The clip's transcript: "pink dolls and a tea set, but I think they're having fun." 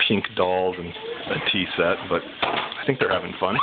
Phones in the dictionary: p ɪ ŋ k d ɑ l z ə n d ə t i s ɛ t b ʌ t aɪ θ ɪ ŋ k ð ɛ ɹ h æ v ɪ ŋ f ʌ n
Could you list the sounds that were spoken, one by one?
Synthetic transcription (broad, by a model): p ɪ ŋ k d ɑ l z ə n ə t i s ɛ t b ʌ t aɪ θ ɪ ŋ k ð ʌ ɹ h æ v ɪ ŋ f ʌ n